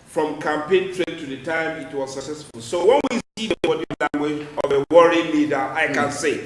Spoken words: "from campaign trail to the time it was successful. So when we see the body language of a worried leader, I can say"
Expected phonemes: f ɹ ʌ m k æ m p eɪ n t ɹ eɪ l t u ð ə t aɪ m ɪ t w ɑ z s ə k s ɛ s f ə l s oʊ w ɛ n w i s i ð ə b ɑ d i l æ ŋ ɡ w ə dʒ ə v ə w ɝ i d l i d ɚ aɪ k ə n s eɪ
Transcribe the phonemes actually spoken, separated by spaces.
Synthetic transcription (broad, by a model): f ɹ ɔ m k æ m p eɪ n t ɹ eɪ n t u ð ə t aɪ m ɪ t w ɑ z s ə k s ɛ s f ə l s oʊ w ɛ n w i s i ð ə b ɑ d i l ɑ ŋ ɡ w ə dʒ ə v ə w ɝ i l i d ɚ aɪ k ə n s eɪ